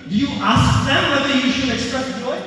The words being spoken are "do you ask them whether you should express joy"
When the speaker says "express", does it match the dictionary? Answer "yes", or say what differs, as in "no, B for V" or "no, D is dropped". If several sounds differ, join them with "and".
no, R is dropped